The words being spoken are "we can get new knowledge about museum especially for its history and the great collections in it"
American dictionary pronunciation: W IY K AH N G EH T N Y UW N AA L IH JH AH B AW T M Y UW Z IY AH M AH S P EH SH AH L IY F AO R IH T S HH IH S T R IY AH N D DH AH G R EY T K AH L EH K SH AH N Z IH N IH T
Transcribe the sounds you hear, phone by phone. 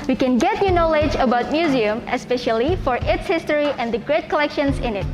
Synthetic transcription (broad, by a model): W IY K AH N G EH T N Y UW N AA L IH JH AH B AW T M Y UW Z IY AH M AH S P EH SH AH L IY F AO R IH T S HH IH S T R IY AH N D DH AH G R EY T K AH L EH K SH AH N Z IH N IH T